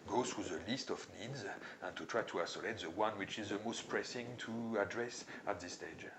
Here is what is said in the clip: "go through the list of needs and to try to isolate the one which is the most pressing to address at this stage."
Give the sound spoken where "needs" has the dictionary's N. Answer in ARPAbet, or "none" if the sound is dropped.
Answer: N